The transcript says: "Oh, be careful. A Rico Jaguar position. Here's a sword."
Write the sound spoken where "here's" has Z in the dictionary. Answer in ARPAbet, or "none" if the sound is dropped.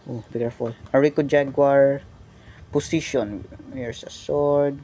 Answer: S